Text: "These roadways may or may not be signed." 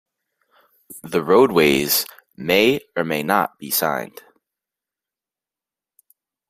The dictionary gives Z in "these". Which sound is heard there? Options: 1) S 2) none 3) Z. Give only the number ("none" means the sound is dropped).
2